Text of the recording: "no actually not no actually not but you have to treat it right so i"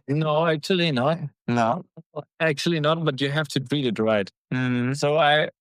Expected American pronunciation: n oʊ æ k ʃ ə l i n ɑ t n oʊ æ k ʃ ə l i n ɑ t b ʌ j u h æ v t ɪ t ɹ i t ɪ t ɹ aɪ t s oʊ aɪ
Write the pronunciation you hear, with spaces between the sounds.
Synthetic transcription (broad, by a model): n oʊ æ k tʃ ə l i n ɑ t n oʊ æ k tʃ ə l i n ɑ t b ʌ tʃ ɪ h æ f t ɪ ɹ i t ɪ t ɹ aɪ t s oʊ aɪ